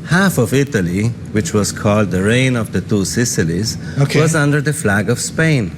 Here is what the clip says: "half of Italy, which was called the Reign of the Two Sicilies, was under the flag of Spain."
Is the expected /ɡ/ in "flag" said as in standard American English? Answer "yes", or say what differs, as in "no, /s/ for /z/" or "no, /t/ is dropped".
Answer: yes